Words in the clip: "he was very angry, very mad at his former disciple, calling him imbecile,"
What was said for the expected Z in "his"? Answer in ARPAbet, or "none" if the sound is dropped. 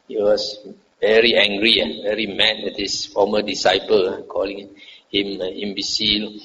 S